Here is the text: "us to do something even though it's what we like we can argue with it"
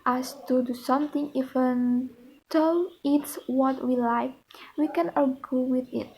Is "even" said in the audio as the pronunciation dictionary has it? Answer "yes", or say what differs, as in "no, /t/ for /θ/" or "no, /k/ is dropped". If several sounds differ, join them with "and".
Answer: no, /f/ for /v/